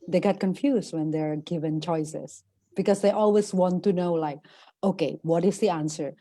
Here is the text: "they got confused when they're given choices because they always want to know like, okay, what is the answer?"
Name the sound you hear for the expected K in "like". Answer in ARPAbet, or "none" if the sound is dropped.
K